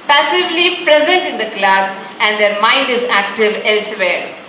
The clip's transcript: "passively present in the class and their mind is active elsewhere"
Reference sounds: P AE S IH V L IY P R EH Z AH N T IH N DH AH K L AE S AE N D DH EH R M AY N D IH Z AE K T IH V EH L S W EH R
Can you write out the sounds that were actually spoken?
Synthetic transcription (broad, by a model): P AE S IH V L IY P R EH Z AH N T IH N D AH K L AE S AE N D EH R M AY N D IH Z AE K T IH V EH L S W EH R